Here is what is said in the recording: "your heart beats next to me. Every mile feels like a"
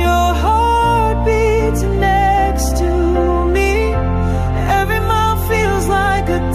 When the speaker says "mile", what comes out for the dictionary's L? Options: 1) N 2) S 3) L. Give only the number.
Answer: 1